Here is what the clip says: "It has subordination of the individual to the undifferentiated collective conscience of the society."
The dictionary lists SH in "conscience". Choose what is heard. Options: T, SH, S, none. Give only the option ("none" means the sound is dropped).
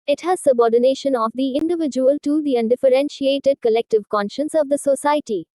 SH